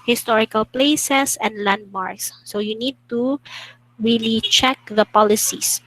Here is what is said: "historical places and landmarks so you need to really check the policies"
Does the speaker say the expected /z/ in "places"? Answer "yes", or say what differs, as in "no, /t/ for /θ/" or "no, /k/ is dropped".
no, /s/ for /z/